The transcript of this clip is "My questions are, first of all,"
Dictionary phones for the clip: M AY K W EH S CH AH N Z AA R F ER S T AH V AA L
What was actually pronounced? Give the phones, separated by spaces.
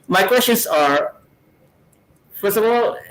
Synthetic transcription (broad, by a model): M AY K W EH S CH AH N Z AA R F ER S AH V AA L